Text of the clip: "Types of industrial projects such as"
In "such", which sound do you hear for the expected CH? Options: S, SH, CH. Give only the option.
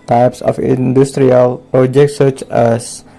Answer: CH